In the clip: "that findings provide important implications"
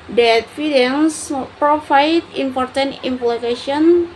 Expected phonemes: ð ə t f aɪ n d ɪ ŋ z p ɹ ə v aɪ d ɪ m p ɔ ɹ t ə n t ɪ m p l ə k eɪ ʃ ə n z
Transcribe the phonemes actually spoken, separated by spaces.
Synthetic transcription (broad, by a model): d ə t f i d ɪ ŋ s p ɹ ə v aɪ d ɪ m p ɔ ɹ t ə n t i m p l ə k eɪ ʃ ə n